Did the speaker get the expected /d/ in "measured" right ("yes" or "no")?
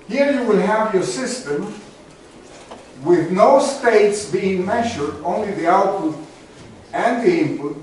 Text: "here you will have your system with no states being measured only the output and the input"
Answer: yes